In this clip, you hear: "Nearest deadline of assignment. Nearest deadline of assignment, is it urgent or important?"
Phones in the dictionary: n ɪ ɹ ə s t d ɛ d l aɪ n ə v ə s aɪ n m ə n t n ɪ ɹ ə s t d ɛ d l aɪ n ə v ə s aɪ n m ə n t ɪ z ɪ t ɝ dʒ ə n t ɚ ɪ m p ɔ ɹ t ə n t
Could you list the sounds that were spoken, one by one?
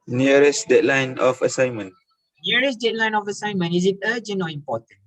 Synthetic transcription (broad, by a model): n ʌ ɹ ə s d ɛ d l aɪ n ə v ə s aɪ n m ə n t n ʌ ɹ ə s d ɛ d l aɪ n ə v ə s aɪ n m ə n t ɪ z ɪ t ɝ dʒ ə n ɚ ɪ m p ɔ t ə n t